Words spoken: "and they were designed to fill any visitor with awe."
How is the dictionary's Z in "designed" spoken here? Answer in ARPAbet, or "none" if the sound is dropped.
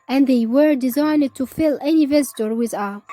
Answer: Z